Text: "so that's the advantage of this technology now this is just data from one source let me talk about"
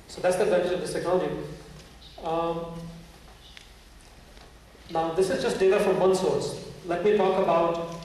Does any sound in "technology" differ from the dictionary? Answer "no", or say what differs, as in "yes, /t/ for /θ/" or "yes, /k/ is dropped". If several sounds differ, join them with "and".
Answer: yes, /n/ is dropped and /dʒ/ is dropped